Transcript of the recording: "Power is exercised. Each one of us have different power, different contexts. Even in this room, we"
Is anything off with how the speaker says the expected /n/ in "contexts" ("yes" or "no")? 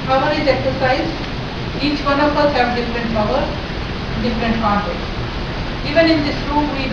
yes